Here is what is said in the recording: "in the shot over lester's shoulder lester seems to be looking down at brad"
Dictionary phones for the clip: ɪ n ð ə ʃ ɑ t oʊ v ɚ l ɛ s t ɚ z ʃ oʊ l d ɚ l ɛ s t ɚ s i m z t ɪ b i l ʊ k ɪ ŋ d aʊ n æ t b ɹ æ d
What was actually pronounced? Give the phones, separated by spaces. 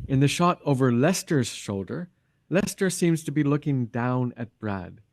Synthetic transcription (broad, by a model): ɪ n ð ə ʃ ɑ t oʊ v ɚ l ɛ s t ɚ z ʃ oʊ l d ɚ l ɛ s t ɚ s i m z t ɪ b i l ʊ k ɪ ŋ d aʊ n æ t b ɹ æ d